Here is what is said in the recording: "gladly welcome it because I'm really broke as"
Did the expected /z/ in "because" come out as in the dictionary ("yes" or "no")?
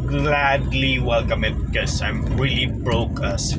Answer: no